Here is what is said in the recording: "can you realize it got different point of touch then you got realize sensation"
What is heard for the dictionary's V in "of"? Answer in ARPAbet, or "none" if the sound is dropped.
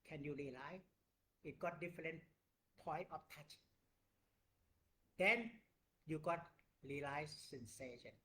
F